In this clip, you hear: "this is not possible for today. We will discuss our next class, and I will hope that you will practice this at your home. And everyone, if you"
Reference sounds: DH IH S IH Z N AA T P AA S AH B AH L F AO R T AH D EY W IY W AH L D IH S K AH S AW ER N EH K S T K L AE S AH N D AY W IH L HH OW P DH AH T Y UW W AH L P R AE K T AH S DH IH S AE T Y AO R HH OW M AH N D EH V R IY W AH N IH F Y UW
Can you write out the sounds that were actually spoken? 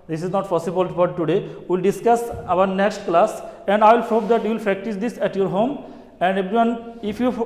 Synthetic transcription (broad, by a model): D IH S IH Z N AA T P AA S AH B AH L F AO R T AH D EY W IY L D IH S K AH S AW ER N EH K S T K L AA S AH N D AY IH L HH OW P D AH T Y UW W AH L P R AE K T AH S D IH S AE T Y AO R HH OW M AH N D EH B R IY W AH N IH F Y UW